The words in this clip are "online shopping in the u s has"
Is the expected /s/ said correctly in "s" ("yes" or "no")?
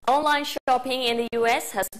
yes